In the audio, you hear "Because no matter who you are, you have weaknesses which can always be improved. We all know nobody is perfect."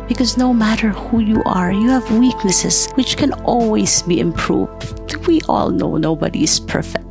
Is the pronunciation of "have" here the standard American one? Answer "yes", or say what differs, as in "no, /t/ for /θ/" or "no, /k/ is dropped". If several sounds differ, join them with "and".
yes